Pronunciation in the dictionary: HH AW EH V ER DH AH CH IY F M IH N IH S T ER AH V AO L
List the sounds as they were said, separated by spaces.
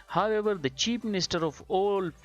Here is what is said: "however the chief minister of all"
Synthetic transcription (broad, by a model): HH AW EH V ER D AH CH IY P M IH N IH S T ER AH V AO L